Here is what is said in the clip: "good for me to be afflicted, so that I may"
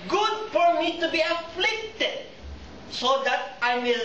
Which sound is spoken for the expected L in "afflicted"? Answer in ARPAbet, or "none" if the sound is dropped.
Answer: L